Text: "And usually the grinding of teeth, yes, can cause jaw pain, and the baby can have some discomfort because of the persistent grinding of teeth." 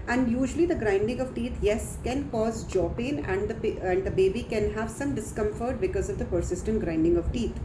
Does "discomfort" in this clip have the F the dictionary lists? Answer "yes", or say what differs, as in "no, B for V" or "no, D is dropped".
yes